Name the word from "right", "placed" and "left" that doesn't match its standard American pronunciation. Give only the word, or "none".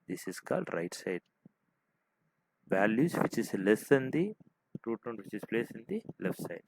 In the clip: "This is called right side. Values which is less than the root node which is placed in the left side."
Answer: placed